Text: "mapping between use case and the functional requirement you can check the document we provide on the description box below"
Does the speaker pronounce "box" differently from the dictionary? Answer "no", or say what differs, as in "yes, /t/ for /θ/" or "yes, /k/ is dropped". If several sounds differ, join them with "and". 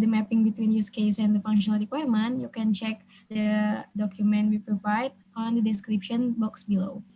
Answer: no